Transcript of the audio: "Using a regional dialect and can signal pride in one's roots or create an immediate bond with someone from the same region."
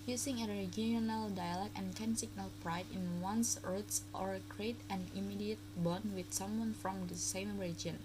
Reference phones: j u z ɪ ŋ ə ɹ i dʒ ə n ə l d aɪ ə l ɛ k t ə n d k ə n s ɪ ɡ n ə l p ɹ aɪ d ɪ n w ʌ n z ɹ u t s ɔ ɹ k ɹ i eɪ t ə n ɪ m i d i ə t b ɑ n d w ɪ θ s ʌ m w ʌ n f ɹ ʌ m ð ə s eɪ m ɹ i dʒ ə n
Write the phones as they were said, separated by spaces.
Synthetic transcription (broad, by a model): j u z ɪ ŋ ə ɹ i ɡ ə n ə l d aɪ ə l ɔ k ə n k ə n s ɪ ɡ n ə l p ɹ aɪ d ɪ n w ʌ n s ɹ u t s ɔ ɹ k ɹ i eɪ t ə n ɪ m i d i ə t b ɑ n w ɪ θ s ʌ m w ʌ n f ɹ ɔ m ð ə s eɪ m ɹ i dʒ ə n